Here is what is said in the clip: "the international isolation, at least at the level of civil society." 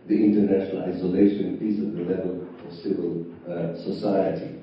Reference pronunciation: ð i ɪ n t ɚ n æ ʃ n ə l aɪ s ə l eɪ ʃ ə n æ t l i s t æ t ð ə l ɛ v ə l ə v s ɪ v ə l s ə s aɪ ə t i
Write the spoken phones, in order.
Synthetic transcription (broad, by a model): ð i ɪ n t ɚ n æ ʃ n ə l aɪ s ə l eɪ ʃ ə n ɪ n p i s ʌ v ð ə l ɛ v ə l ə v s ɪ v ə l s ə s aɪ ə t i